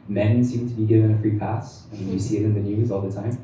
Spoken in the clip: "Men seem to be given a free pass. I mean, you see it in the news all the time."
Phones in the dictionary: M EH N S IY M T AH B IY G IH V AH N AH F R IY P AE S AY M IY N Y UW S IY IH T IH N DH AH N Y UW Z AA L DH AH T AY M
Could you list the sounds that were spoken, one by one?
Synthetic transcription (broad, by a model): M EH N S IY M T AH B IY G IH V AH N AH F R IY P AE S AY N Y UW S IY IH T IH N DH AH N Y UW Z AA L DH AH T AY M